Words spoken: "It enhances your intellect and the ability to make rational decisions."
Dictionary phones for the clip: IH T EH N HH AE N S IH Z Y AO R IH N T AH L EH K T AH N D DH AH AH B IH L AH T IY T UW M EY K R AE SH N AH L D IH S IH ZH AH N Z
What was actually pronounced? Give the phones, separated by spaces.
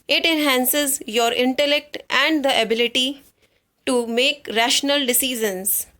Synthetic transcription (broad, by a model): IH T EH N HH AE N S IH Z Y AO R IH N T AH L EH K T AH N D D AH AH B IH L AH T IY T UW M EY K R AE SH N AH L D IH S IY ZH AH N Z